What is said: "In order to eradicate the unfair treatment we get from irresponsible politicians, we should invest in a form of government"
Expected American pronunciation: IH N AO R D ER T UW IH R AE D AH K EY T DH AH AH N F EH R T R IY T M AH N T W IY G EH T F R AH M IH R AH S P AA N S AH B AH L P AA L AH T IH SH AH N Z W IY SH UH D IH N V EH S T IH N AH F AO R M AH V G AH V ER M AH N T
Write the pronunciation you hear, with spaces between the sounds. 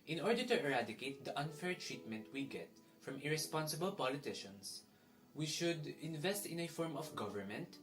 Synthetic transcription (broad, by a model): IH N AO R D ER T UW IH R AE D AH K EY T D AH AH N F EH R T R IY T M AH N T W IY G EH T F R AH M IH R AH S P AA N S AH B AH L P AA L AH T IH SH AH N S W IY SH UH D IH N V EH S T IH N AH F AO R M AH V G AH V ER M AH N T